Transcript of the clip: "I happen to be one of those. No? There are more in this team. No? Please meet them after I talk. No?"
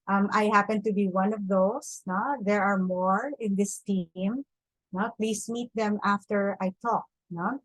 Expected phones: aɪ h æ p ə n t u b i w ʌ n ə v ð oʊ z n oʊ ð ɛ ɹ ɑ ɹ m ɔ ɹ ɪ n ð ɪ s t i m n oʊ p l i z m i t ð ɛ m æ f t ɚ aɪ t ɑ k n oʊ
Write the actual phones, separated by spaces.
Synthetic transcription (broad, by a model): aɪ h æ p ə n t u b i w ʌ n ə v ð oʊ s n oʊ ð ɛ ɹ ɑ ɹ m ɔ ɹ ɪ n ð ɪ s t i m n oʊ p l i s m i t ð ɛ m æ f t ɚ aɪ t ɑ k n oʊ